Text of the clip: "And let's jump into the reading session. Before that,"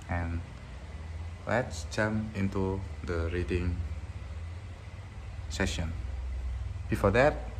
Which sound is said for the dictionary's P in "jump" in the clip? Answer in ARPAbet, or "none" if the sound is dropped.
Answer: none